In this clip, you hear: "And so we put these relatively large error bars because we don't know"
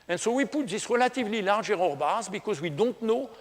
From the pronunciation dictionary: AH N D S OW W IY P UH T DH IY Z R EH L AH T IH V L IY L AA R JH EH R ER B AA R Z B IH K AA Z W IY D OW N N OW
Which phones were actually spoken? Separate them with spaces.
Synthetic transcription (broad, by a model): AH N S OW W IY P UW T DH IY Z R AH L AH T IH V L IY L AA R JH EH R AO B AA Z B IH K AA Z W IY D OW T N OW